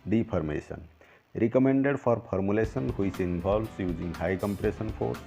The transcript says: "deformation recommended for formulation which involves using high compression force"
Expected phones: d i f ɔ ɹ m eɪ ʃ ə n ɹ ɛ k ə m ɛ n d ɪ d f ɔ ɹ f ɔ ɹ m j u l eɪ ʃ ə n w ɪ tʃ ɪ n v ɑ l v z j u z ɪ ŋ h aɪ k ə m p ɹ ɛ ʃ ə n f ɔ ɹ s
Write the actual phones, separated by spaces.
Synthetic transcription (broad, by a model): d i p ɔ ɹ m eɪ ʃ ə n ɹ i k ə m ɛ n d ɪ d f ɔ ɹ p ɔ ɹ m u l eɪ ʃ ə n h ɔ s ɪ n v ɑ l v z j u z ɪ ŋ h aɪ k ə m p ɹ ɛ s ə n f ɔ ɹ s